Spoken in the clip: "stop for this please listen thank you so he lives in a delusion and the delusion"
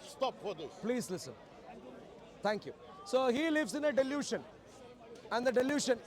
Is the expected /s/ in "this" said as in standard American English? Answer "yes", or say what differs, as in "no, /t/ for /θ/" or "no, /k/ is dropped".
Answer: no, /s/ is dropped